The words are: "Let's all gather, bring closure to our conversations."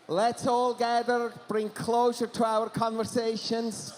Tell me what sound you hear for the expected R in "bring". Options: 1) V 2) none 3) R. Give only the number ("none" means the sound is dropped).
3